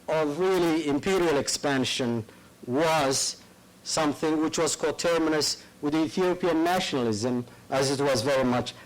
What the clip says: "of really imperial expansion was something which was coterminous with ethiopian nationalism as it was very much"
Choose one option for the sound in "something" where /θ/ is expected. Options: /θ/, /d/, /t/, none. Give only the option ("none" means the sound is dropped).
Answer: /θ/